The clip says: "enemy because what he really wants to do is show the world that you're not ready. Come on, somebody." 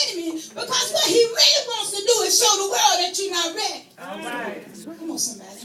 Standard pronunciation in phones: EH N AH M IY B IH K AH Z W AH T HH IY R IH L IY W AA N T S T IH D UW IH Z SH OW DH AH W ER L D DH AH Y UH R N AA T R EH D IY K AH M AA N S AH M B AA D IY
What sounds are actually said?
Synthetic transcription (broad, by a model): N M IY B IH K AH Z W AH T HH IY R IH L IY W AA N T S T IH D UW IH Z S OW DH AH W ER L D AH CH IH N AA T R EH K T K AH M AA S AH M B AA